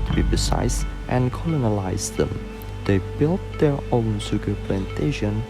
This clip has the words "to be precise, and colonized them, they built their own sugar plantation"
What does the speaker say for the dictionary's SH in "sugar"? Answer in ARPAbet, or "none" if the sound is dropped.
S